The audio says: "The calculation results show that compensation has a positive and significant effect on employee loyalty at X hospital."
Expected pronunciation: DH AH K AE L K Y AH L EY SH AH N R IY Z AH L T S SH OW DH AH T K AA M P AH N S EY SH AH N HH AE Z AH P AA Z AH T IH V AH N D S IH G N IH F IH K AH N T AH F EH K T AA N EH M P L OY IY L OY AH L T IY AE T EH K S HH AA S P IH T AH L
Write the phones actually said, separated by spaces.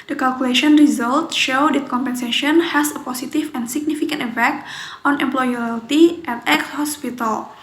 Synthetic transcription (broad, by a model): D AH K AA L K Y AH L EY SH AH N R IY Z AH L T SH OW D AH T K AA M P AH N S EY SH AH N HH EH S AH P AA S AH T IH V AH N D S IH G N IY F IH K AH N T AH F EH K T AA N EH M P L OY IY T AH T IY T EH K S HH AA S P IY T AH L